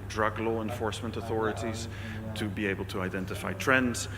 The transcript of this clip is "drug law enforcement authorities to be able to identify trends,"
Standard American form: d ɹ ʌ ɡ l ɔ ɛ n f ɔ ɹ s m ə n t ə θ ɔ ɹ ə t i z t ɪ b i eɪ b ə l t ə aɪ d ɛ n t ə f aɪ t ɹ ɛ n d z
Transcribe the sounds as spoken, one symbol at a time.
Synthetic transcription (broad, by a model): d ɹ ʌ ɡ l ɔ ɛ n f ɔ ɹ s m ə n t ə θ ɔ ɹ ə t i z t ɪ b i eɪ b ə l t ə aɪ d ɛ n t ə f aɪ t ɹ ɛ n d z